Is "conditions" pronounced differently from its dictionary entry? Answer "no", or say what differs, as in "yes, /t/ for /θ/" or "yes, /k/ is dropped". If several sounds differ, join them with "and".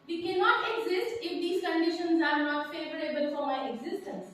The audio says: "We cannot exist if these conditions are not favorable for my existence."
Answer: no